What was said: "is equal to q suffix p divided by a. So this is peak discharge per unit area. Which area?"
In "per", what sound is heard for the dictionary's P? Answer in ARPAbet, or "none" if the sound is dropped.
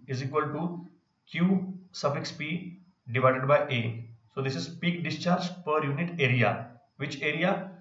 P